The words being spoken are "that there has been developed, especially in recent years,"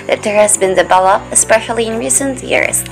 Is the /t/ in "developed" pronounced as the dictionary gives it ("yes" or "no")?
no